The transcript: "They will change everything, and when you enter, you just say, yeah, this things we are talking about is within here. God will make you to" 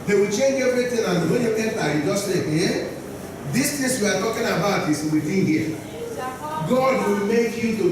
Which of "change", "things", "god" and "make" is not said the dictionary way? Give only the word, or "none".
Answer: things